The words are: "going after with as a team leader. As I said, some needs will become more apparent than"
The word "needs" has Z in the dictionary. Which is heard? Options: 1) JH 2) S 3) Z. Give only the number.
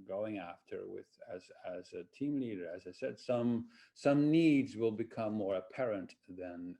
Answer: 3